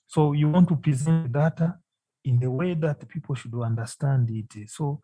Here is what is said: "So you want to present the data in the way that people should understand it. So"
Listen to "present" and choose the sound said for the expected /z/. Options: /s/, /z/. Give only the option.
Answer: /z/